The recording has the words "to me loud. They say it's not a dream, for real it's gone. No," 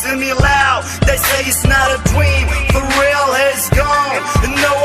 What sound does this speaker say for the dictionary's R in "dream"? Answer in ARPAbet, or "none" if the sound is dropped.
W